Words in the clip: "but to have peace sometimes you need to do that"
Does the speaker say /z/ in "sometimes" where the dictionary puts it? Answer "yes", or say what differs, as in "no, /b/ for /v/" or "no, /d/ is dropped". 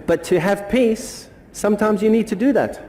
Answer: yes